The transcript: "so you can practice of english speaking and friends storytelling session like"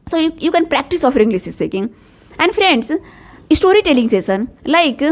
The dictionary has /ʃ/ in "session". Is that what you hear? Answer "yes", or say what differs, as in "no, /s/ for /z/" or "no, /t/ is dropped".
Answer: no, /s/ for /ʃ/